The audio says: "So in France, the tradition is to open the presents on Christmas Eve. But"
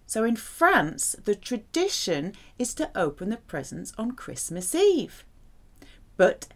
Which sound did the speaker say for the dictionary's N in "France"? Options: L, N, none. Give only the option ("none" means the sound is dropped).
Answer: N